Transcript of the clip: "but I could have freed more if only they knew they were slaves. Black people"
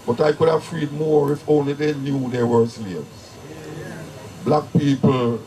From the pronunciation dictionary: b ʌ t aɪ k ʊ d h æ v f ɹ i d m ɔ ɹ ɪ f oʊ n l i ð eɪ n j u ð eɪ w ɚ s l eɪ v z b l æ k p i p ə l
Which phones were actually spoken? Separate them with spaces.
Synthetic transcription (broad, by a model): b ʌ t aɪ k ʊ d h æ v f ɹ i d m ɔ ɹ ɪ f oʊ n l i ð eɪ n j u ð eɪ w ɚ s i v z b l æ k p i p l